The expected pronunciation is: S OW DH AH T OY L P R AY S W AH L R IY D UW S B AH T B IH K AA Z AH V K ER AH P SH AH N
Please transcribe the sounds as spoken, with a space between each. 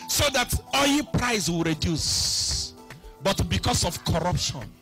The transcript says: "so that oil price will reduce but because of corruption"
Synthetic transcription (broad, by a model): S OW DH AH T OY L P R AY S W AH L R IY D UW S B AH T B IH K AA S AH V K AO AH P SH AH N